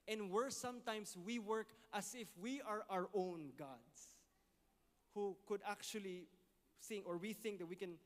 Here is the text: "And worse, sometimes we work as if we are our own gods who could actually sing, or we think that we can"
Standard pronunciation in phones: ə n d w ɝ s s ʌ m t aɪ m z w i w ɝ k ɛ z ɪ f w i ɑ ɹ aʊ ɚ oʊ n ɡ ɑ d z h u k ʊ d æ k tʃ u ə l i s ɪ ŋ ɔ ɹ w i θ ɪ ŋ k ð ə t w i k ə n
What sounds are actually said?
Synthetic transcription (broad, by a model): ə n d w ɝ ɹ s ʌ m t aɪ m s w i w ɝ k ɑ s ɪ f w i ɑ ɹ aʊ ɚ oʊ n ɡ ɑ d s h u k ʊ d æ k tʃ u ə l i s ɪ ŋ ɔ ɹ w i θ ɪ ŋ k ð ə t w i k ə n